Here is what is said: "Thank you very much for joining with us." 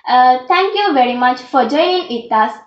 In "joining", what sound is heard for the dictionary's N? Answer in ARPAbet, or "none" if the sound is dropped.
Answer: none